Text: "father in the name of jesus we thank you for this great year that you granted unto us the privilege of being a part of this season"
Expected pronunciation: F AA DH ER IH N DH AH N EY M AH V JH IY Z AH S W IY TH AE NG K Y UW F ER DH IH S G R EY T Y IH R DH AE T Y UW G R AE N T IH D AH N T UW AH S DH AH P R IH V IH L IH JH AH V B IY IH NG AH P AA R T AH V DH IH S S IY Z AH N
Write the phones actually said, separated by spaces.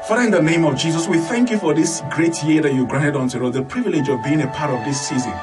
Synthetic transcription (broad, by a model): F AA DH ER IH N DH AH N EY M AH V JH IY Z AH S W IY TH AE NG K Y UW F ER DH IH S G R EY T Y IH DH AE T Y UW G R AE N T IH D N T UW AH DH AH P R IH V IH L IH JH AH V B IY IH NG AH P AA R T AH V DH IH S S IY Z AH N